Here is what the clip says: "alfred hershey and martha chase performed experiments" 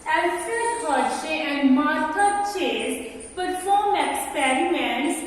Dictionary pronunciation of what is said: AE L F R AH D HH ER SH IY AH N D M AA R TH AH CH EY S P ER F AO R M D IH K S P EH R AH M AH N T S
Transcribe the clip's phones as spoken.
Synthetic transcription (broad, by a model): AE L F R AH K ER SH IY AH N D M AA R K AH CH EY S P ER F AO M IH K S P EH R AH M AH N